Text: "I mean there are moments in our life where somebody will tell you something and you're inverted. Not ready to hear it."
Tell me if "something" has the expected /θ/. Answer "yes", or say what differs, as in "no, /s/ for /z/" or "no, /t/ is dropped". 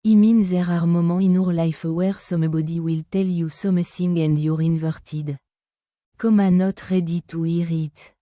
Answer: no, /s/ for /θ/